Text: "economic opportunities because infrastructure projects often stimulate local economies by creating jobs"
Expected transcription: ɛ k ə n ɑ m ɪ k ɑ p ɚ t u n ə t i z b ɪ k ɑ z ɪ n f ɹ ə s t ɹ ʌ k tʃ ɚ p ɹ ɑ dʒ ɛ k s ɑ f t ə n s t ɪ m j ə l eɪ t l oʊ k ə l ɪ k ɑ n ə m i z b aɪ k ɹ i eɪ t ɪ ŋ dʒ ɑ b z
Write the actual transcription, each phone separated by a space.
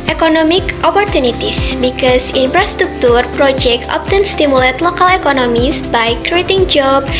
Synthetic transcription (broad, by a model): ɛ k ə n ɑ m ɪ k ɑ p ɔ t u n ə t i s b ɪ k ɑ s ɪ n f ɹ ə s t ɹ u k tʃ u p ɹ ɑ dʒ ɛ k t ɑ p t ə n s t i m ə l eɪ t l oʊ k ə l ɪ k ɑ n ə m i s b aɪ k ɹ i eɪ t ɪ ŋ dʒ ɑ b